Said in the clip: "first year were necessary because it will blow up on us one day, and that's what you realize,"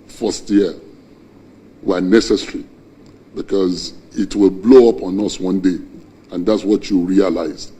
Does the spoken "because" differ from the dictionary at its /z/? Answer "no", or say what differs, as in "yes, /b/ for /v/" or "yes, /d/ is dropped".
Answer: no